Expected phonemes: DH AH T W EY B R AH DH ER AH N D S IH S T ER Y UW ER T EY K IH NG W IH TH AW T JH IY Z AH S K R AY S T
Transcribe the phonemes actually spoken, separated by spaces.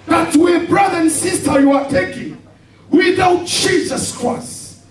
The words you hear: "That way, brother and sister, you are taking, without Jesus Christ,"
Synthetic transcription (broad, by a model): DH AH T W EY B R AH DH ER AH N S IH S T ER Y UW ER T EY K IH NG W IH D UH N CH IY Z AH S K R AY S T